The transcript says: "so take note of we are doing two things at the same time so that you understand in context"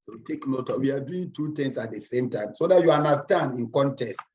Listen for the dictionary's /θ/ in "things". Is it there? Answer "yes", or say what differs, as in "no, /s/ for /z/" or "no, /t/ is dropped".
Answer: no, /t/ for /θ/